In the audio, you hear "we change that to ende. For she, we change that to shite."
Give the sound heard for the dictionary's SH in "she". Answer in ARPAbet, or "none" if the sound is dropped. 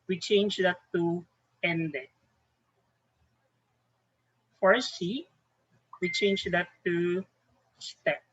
S